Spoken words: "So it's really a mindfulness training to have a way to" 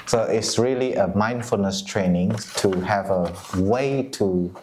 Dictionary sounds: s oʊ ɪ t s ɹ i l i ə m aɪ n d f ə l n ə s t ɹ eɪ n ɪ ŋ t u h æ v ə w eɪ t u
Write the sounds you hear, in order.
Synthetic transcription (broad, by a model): s oʊ ɪ t s ɹ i l i ə m aɪ n d f ə l n ə s t ɹ eɪ n ɪ ŋ t u h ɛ v ə w eɪ t u